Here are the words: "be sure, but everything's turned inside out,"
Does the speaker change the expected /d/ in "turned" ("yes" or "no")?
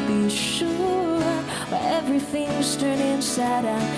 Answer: yes